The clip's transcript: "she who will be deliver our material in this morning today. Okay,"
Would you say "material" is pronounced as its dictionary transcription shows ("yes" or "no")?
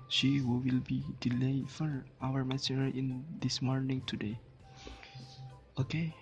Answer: no